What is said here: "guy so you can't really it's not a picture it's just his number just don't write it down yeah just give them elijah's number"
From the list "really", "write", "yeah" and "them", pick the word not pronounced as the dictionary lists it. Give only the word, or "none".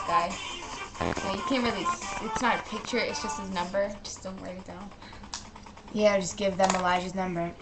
write